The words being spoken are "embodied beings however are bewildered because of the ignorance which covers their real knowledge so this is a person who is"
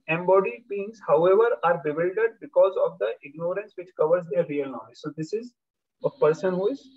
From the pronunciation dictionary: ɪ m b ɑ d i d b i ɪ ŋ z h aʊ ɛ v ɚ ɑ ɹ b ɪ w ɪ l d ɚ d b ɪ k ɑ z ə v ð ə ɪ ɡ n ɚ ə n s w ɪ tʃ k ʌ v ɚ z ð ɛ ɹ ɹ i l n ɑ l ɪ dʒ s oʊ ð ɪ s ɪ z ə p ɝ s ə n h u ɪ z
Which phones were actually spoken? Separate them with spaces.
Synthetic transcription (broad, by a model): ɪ m b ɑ d i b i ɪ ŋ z h aʊ ɛ v ɚ ɑ ɹ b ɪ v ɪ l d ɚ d b ɪ k ɑ z ə v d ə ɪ ɡ n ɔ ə n s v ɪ tʃ k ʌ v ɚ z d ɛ ɹ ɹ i l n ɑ ɪ z s oʊ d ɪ s ɪ z ə p ɝ s ə n h u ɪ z